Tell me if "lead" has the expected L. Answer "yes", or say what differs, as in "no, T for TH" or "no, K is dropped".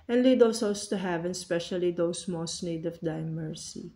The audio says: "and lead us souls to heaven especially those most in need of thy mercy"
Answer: yes